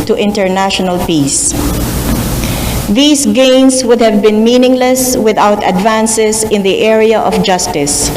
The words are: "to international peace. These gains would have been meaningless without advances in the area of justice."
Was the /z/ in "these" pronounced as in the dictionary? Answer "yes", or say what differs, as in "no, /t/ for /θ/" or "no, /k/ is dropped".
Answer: no, /s/ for /z/